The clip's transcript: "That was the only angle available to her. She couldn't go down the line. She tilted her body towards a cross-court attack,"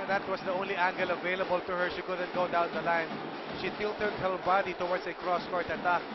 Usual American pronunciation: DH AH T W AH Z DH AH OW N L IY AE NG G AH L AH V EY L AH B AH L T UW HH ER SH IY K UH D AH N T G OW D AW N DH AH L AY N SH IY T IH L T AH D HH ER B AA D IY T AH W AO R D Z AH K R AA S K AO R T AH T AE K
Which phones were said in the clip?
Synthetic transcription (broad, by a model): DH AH T W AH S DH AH OW N L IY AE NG G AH L AH V EY L AH B AH L T UW HH ER SH IY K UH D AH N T G OW D AW N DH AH L AY N SH IY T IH L T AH D HH ER B AA D IY T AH W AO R D S AH K R AA S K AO R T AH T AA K